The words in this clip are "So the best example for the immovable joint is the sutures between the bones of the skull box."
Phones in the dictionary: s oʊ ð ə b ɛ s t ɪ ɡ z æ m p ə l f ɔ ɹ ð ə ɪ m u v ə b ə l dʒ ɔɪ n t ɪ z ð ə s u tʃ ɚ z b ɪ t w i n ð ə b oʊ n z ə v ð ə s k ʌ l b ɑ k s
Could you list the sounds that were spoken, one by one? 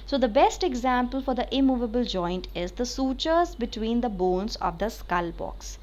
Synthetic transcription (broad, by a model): s oʊ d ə b ɛ s t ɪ ɡ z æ m p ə l f ɔ ɹ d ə ɪ m u v ə b ə l dʒ ɔɪ n t ɪ z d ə s u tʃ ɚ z b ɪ t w i n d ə b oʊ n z ə v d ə s k ʌ l b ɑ k s